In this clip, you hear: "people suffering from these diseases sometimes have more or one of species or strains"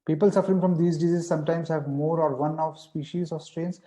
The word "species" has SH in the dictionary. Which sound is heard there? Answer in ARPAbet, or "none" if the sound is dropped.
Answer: SH